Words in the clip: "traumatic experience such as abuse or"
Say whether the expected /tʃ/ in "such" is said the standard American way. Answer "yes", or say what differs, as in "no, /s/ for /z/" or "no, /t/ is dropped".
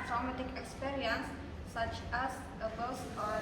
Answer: yes